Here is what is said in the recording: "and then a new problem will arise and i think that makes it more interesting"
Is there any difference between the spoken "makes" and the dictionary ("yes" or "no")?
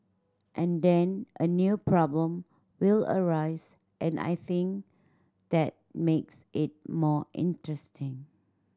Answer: no